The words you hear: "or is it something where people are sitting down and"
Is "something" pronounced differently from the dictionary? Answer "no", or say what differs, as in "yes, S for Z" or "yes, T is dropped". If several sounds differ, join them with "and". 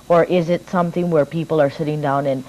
no